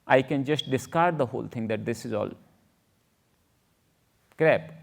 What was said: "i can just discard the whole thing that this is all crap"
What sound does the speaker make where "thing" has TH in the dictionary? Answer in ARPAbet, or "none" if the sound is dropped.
T